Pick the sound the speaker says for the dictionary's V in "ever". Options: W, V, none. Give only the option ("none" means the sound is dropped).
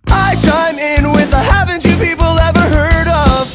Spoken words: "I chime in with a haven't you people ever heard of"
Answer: V